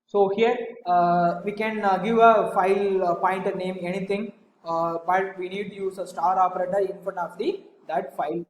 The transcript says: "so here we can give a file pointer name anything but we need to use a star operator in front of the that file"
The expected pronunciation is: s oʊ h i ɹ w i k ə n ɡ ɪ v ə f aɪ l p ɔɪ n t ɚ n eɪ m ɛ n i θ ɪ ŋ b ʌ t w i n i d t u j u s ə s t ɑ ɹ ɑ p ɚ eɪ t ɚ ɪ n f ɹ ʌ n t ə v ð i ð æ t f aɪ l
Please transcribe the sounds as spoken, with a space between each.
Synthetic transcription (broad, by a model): s oʊ h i ɹ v i k ə n ɡ ɪ v ə f aɪ l p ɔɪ n t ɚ n eɪ m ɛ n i t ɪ ŋ b ʌ t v i n i d t u j u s ə s t ɑ ɹ ɑ p ɚ eɪ t ɚ ɪ n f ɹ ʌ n ə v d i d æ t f aɪ l